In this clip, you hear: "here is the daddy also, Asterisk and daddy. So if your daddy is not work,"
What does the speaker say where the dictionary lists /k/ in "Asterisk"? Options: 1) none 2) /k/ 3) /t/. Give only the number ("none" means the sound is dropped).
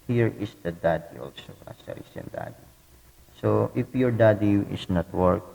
1